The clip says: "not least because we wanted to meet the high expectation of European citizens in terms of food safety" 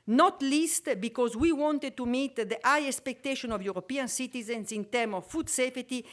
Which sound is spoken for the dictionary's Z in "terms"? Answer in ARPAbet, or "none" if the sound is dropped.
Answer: none